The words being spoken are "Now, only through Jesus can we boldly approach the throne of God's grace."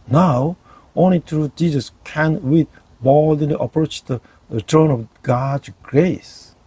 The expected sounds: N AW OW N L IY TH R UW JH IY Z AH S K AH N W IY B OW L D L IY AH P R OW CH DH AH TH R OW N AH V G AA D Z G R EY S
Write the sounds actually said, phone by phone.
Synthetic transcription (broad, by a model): N AW OW N L IY T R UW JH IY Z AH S K AH N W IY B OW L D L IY AH P R OW CH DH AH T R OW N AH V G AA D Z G R EY S